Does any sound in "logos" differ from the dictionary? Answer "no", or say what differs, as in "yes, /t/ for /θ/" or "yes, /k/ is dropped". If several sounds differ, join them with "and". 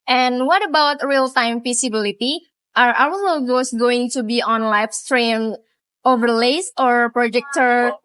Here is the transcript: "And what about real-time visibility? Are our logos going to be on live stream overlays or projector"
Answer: yes, /n/ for /l/ and /s/ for /z/